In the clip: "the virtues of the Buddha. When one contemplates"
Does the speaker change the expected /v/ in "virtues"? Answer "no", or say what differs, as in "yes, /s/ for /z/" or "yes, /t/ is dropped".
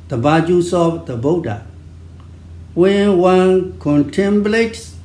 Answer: yes, /b/ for /v/